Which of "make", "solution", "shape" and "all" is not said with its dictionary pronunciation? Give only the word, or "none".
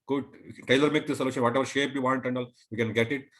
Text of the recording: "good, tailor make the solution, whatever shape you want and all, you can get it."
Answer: none